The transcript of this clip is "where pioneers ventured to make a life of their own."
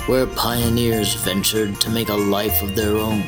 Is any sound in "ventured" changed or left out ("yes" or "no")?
no